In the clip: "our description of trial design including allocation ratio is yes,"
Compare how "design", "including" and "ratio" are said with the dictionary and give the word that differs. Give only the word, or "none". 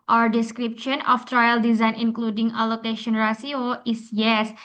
ratio